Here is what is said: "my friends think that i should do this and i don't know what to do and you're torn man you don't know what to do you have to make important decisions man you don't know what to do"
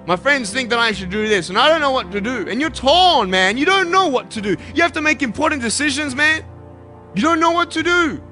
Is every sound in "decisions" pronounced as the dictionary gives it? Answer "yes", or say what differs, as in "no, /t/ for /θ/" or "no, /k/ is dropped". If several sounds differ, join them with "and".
yes